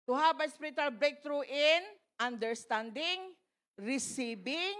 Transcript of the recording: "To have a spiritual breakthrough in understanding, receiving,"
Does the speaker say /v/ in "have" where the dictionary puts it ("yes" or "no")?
no